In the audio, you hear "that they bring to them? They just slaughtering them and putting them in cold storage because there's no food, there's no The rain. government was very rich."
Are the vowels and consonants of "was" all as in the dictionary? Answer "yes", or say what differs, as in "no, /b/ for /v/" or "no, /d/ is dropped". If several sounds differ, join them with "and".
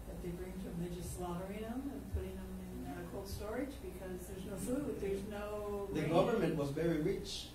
yes